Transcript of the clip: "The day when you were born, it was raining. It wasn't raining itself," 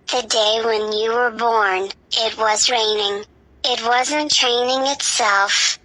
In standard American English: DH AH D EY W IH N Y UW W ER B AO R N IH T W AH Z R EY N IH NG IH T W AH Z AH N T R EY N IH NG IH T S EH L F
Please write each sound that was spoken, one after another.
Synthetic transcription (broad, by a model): DH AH D EY W IH N Y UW W ER B AO R N IH T W AH Z R EY N IH NG IH T W AH Z AH N T R EY N IH NG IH T S EH L F